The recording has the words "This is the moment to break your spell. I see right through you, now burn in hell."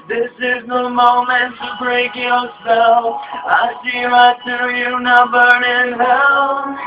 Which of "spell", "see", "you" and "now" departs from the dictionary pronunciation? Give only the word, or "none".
spell